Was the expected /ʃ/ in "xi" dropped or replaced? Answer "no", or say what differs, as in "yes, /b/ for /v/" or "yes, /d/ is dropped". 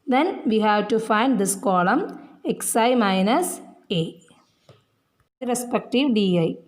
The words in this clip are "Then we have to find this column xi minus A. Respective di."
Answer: yes, /s/ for /ʃ/